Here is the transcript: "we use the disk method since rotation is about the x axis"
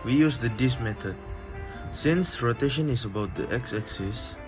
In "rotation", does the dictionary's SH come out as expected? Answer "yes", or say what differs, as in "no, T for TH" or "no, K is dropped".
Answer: yes